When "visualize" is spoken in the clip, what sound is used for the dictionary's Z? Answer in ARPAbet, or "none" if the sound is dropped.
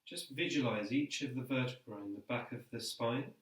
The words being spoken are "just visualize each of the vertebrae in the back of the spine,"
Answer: Z